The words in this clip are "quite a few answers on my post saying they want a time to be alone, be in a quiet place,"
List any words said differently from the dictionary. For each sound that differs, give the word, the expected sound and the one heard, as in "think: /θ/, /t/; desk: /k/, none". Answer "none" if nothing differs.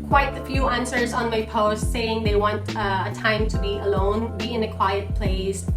none